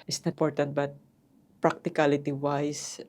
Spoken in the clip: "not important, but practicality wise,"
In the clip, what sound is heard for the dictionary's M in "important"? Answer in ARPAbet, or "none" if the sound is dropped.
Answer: none